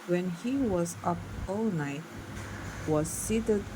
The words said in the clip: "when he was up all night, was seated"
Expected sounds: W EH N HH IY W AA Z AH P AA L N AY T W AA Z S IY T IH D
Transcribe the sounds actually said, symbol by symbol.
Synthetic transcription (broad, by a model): W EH N HH IY W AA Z AH P AA L N AY T W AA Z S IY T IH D